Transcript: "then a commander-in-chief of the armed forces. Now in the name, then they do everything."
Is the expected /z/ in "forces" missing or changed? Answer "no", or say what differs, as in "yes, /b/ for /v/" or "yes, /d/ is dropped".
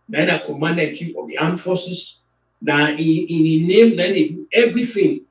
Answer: yes, /s/ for /z/